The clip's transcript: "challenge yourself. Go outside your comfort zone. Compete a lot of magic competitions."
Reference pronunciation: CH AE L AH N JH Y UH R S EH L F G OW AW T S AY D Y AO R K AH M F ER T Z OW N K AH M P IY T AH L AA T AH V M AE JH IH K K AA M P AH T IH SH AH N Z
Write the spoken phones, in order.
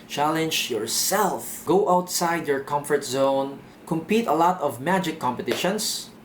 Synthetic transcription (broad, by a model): CH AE L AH N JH Y UH R S EH L F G OW AW T S AY D Y AO R K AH M F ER T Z OW N K AH M P IY T AH L AA T AH V M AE JH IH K K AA M P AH T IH SH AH N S